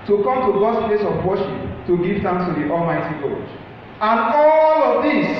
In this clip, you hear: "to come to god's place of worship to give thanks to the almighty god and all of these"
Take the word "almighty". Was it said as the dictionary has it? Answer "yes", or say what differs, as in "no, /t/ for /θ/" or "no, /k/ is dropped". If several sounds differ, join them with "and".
yes